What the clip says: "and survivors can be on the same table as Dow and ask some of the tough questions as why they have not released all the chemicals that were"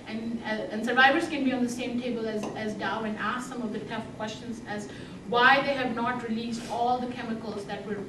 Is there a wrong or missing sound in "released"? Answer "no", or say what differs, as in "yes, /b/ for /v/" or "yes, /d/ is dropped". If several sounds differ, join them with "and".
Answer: no